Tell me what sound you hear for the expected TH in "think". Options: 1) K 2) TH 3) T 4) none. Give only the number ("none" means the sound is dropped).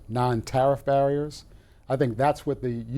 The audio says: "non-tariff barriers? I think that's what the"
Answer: 2